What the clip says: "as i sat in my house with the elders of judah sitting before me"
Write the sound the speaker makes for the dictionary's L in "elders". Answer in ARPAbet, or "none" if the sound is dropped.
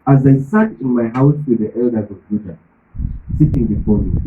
L